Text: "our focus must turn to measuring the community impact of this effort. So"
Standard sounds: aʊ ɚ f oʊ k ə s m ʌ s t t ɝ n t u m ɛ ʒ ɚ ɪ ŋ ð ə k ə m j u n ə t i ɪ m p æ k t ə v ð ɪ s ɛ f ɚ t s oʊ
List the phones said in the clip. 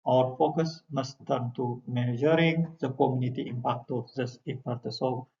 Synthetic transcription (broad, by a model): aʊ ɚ f oʊ k ə s m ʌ s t t ɝ n t u m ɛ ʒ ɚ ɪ ŋ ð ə k ə m j u n ə t i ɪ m p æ k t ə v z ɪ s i p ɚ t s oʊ